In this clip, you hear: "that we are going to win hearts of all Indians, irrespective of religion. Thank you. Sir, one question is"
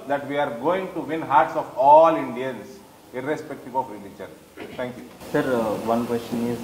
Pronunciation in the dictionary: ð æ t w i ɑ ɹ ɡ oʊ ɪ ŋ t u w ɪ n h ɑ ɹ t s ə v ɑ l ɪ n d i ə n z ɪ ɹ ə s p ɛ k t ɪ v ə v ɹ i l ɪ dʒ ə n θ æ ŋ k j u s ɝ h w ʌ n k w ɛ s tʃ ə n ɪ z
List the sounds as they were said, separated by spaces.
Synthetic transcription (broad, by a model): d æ t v i ɑ ɹ ɡ oʊ ɪ ŋ t u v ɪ n h ɑ ɹ t s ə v ɑ l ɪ n d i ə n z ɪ ɹ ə s p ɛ k t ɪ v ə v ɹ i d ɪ tʃ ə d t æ ŋ k j u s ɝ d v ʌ n k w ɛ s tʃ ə n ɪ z